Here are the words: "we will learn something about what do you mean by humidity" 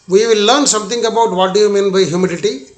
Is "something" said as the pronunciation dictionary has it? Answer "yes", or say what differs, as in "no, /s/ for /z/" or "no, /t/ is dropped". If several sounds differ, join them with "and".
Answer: no, /t/ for /θ/